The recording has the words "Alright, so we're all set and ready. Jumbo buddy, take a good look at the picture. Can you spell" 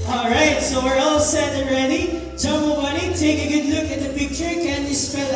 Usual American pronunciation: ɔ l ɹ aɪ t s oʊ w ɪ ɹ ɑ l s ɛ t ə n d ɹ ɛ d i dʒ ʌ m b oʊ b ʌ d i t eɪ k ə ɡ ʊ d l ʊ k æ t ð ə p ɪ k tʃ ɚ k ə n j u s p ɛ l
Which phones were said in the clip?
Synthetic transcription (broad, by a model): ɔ l ɹ aɪ t s oʊ w ɪ ɹ ɑ l s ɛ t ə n ɹ ɛ d i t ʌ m oʊ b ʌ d i t eɪ k ə ɡ ʊ d l ʊ k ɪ t ð ə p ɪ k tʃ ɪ k ə n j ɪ s p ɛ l